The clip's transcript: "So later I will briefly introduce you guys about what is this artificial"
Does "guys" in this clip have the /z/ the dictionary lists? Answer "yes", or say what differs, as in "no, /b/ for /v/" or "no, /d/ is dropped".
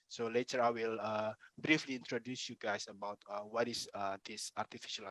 no, /s/ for /z/